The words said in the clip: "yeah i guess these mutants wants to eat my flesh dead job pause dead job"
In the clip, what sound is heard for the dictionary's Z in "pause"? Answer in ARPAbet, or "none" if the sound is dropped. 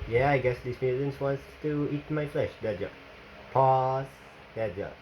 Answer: S